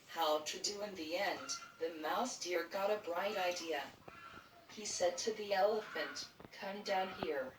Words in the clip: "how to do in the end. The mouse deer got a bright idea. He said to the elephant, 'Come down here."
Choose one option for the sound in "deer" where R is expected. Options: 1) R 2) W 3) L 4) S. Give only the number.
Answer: 1